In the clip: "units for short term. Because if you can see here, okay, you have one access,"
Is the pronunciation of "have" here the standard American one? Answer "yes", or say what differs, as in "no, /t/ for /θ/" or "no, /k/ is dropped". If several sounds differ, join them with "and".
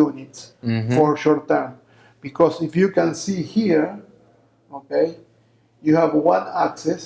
yes